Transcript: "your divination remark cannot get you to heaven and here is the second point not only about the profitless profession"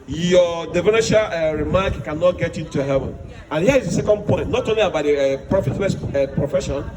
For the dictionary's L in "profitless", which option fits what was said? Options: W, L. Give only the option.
W